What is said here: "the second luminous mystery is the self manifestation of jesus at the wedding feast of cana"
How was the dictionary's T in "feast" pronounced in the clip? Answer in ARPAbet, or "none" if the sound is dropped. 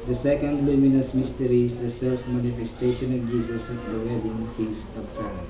none